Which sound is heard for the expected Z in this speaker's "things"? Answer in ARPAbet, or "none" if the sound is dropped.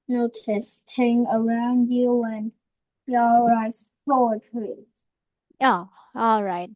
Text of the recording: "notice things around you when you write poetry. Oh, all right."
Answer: none